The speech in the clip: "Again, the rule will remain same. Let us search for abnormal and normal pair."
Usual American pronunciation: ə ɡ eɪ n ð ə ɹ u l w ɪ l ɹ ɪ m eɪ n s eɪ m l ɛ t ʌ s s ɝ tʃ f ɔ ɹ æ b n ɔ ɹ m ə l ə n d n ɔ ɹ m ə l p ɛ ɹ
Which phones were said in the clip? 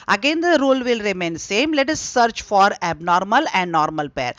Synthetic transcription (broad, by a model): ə ɡ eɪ n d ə ɹ u l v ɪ l ɹ ɪ m eɪ n s eɪ m l ɛ t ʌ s s ɝ tʃ f ɔ ɹ æ b n ɔ ɹ m ə l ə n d n ɔ ɹ m ə l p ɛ ɹ